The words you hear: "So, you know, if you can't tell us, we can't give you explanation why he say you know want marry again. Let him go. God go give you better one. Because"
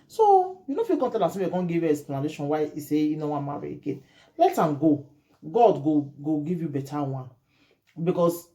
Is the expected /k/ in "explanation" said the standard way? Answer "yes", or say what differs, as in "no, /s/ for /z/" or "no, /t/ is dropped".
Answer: no, /k/ is dropped